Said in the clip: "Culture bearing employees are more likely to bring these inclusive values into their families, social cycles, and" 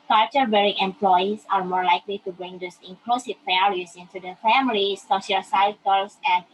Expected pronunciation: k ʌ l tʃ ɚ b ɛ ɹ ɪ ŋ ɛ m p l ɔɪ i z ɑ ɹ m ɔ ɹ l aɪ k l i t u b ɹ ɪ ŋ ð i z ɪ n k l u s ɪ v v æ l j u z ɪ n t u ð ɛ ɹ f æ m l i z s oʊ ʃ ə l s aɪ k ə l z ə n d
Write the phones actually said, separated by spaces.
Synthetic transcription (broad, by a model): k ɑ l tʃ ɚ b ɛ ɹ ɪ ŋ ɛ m p l ɔɪ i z ɑ ɹ m ɔ ɹ l aɪ k l i t u b ɹ ɪ ŋ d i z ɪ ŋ k l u s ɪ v p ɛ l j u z ɪ n t u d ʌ f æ m l i s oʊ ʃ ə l s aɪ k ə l s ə n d